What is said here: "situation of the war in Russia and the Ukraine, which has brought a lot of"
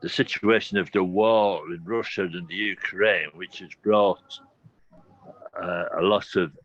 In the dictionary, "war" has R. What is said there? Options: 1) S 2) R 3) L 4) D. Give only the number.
3